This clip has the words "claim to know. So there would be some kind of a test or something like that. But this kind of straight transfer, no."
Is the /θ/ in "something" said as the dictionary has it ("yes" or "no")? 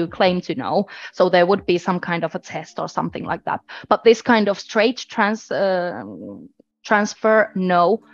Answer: yes